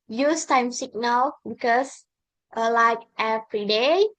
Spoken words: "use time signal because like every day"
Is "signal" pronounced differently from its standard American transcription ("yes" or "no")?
yes